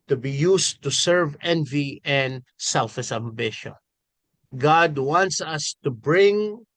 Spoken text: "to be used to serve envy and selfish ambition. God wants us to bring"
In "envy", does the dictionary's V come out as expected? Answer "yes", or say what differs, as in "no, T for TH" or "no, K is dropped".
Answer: yes